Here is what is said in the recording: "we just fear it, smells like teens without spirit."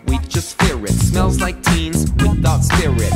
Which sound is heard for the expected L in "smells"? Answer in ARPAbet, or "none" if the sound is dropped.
L